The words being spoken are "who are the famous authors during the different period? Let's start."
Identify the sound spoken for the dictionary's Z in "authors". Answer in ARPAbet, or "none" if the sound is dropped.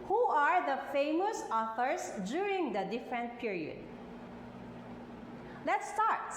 S